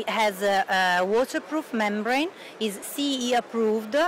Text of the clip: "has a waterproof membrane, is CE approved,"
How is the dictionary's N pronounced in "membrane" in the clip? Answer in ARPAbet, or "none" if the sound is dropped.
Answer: N